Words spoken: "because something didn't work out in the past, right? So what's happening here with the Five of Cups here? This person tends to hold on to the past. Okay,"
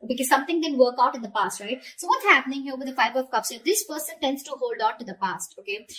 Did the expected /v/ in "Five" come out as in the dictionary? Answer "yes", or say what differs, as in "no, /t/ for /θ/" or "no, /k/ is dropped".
no, /b/ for /v/